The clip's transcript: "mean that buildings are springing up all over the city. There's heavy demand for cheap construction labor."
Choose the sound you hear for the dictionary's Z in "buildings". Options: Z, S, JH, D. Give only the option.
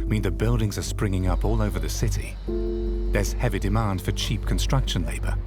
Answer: Z